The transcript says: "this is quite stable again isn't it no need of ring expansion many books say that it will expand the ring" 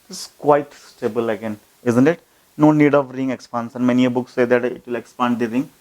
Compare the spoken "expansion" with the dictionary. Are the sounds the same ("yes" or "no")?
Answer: no